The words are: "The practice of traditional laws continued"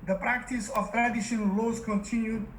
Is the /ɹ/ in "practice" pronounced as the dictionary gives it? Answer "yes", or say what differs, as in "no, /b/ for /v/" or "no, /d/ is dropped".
yes